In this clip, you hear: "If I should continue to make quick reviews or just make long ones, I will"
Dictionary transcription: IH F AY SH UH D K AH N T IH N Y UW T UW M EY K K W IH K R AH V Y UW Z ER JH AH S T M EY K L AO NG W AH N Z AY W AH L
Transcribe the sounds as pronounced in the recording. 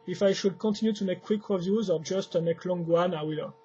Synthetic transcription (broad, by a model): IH F AY SH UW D K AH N T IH N Y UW T UW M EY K K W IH K R AH V Y UW Z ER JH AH S T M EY K L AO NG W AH N AY W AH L